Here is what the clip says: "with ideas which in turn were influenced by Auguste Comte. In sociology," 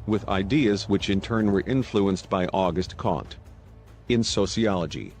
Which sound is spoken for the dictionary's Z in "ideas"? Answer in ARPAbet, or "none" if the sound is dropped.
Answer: Z